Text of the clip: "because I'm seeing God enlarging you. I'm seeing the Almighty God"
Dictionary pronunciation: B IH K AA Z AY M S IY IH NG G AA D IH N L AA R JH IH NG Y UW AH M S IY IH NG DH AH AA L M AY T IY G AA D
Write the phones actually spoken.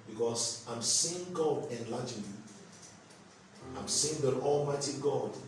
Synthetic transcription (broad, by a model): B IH K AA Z AY M S IY IH NG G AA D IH N L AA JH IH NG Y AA AH M S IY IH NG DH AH AA L M AY T IY G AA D